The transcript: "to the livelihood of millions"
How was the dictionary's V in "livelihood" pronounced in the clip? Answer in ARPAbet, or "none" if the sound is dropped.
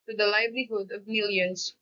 V